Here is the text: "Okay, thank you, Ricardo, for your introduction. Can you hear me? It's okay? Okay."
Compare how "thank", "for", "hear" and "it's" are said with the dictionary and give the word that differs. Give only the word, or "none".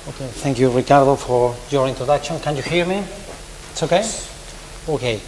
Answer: none